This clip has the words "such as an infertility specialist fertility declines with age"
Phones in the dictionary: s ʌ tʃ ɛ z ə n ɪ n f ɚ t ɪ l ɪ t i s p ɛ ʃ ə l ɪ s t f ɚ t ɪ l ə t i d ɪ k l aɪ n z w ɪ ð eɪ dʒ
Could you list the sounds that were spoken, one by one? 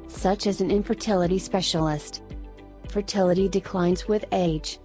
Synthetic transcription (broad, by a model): s ʌ tʃ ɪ z n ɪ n f ɚ t ɪ l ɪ t i s p ɛ ʃ l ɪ s t f ɚ t ɪ l ə t i d ɪ k l aɪ n z w ɪ ð eɪ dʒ